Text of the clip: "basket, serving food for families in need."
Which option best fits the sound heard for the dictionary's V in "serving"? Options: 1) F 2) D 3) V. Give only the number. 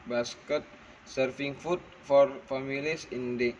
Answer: 1